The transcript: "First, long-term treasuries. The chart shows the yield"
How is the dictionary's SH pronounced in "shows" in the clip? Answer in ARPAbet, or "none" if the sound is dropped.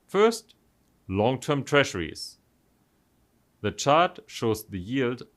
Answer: SH